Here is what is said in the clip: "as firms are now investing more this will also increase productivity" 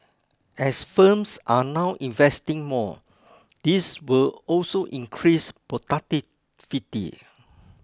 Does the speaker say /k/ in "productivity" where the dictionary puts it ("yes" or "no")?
no